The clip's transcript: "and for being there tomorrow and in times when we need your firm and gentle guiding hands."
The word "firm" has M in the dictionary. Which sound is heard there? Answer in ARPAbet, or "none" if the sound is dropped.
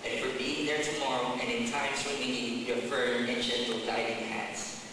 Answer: none